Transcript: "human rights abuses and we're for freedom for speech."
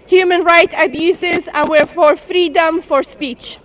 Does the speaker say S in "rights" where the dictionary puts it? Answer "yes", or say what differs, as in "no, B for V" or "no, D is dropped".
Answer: no, S is dropped